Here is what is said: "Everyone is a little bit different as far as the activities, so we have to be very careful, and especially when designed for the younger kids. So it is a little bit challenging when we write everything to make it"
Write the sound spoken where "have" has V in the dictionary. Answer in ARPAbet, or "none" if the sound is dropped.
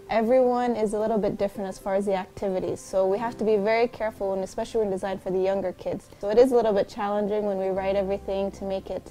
F